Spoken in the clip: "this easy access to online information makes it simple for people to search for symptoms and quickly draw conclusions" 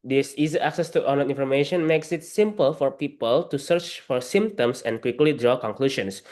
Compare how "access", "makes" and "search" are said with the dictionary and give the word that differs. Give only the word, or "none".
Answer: none